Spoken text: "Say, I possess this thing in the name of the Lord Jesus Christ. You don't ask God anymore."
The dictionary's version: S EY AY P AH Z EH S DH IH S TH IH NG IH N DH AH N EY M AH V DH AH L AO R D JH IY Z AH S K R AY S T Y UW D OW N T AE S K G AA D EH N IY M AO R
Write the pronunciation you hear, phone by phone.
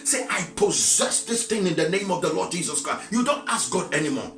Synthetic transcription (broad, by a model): S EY AY P AH Z EH S DH IH S TH IH NG IH N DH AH N EY M AH V DH AH L AO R D JH IY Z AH S K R AY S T Y UW D OW N T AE S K G AA D EH N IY M AO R